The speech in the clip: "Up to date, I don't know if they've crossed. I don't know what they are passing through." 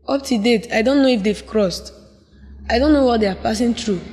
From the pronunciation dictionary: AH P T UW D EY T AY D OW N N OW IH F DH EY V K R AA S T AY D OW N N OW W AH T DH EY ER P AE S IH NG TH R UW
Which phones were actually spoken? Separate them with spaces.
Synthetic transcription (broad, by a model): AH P T UW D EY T AY D OW N N OW IH F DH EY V K R AA S T AY D OW N N OW W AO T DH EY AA P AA S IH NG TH R UW